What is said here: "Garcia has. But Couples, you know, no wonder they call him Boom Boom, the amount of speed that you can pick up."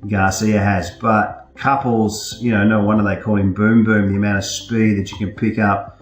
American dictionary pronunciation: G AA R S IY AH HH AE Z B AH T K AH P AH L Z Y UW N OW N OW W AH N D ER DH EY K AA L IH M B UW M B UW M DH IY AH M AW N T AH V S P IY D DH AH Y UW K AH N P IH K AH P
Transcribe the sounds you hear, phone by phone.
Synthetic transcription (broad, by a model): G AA S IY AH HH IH Z B AH T K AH P L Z Y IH N OW N OW W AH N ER DH EY K AA L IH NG B UW M B UW M DH IY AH M AW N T AH V S P IY D DH AH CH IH K AH N P IH K AH P